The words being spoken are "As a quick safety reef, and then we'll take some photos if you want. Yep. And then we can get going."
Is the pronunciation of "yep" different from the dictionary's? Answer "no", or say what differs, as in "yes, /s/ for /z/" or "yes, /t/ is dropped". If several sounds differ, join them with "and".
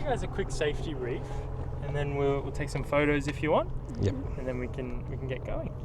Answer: yes, /p/ is dropped